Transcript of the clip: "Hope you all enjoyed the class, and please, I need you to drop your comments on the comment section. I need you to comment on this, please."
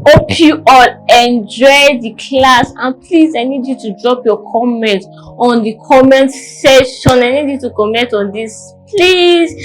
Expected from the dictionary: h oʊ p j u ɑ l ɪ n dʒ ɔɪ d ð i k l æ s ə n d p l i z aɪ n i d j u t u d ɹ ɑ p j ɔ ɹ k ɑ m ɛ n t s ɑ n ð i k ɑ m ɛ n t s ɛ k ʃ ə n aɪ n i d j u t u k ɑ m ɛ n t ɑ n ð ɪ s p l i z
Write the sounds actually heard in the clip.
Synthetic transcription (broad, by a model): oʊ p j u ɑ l ɪ n dʒ ɔɪ d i k l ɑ s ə n p l i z aɪ n i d j u t u d ɹ ɑ p j ɔ k ɑ m ɛ n t ɑ n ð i k ɑ m ɛ n t s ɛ ʃ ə n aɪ n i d j u t u k ɑ m ɛ n t ɑ n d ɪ s p l i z